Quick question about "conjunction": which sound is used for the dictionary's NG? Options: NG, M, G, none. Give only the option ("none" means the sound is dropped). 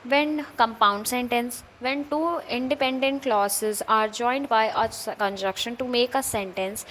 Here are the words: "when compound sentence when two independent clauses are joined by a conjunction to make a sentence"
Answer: none